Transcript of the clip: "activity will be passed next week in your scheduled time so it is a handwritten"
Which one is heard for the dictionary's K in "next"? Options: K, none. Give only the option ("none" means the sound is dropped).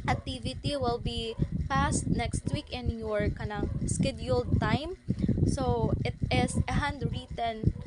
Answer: K